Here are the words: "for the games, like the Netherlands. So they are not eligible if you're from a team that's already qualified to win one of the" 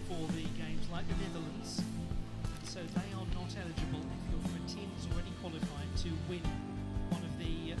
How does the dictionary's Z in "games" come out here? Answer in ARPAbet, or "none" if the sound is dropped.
Z